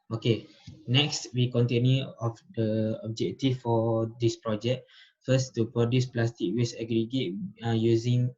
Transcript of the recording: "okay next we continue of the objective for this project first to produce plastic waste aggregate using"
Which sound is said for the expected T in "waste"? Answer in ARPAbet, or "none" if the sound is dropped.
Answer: none